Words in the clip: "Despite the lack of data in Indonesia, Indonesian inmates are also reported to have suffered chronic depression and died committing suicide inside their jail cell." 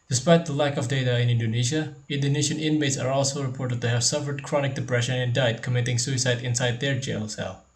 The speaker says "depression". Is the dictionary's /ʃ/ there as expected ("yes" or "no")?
yes